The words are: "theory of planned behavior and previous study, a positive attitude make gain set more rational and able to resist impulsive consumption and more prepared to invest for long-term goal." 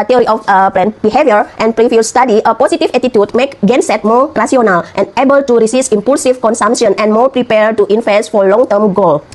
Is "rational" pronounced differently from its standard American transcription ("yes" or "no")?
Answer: yes